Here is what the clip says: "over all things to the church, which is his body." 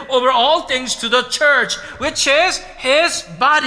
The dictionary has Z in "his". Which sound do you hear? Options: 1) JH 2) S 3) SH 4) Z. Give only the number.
4